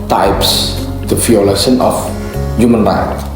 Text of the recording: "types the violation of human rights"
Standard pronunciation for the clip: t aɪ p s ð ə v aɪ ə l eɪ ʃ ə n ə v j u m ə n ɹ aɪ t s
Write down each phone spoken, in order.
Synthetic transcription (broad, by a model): t aɪ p s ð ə f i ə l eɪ s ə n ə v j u m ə n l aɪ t